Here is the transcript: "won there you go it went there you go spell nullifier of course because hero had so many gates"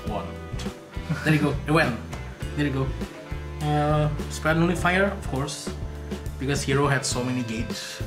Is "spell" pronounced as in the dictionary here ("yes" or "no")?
no